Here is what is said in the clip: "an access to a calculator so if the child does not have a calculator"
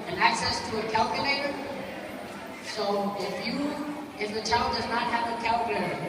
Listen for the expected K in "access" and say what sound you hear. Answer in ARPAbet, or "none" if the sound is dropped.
K